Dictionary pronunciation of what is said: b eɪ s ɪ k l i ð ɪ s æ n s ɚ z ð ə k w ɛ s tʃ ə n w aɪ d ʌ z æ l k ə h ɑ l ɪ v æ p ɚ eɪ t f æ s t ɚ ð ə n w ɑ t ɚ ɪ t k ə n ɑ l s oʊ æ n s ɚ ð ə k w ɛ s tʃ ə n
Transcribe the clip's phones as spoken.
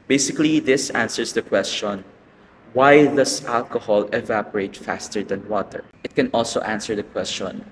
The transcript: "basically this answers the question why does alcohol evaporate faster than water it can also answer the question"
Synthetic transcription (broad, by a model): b eɪ s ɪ k l i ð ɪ s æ n s ɚ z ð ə k w ɛ s tʃ ə n w aɪ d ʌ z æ l k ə h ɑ l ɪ v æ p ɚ eɪ t f æ s t ɚ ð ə n w ɑ t ɚ ɪ t k ə n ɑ l s oʊ æ n s ɚ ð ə k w ɛ s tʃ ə n